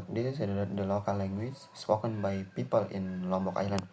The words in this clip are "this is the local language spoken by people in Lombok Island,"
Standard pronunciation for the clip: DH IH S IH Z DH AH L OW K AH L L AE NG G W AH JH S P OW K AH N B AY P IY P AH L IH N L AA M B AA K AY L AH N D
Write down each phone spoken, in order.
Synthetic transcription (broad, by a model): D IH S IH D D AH L OW K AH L L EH NG G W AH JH S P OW K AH N B AY P IY P AH L IH N L AA M B AA K AY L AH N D